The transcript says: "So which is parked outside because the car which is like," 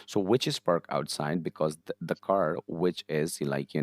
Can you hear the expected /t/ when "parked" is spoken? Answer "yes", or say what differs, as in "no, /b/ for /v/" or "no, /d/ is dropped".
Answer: no, /t/ is dropped